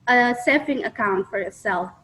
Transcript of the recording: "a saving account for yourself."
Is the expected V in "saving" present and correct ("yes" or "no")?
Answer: no